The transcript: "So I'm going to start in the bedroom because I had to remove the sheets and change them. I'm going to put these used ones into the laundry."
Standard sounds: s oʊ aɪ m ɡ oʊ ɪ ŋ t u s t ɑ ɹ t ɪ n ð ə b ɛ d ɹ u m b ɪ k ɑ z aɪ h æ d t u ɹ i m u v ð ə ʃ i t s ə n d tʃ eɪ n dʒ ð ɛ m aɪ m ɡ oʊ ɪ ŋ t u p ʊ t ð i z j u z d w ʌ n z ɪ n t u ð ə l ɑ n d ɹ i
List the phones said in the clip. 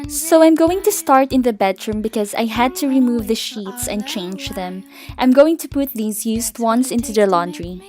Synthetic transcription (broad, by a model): s oʊ aɪ m ɡ oʊ ɪ ŋ t u s t ɑ ɹ t ɪ n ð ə b ɛ d ɹ u m b ɪ k ɑ z aɪ h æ d t u ɹ i m u v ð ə ʃ i t s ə n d tʃ eɪ n dʒ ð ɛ m aɪ m ɡ oʊ ɪ ŋ t u p ʊ t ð i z j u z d w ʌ n s ɪ n t u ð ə l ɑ n d ɹ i